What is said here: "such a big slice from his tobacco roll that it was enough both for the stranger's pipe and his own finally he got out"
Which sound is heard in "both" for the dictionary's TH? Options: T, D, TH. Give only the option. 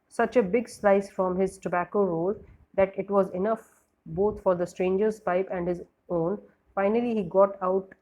T